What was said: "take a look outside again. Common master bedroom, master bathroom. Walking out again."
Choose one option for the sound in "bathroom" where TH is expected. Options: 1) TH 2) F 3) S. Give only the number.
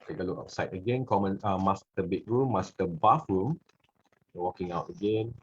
2